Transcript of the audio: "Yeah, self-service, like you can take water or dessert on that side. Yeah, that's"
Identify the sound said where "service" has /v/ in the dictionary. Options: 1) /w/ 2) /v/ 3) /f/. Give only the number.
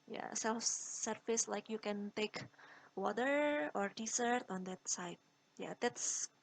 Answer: 3